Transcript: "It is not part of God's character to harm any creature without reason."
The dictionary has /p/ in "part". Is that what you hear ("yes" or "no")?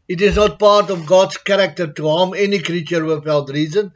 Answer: yes